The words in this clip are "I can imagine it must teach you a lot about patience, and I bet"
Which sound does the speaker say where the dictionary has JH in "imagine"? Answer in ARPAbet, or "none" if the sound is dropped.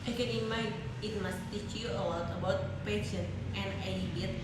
none